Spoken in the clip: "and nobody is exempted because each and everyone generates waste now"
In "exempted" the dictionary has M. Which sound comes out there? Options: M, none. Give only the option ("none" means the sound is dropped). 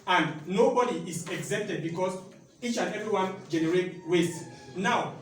none